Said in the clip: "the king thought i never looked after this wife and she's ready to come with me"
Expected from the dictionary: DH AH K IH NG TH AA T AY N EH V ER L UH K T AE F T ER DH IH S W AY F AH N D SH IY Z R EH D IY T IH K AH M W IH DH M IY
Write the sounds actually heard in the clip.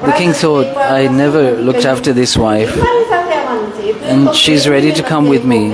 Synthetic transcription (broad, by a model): DH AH K IH NG TH AA T AY N EH V ER L UH K T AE F T ER DH IH S W AY F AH N SH IY Z R EH D IY T IH K AH M W IH DH M IY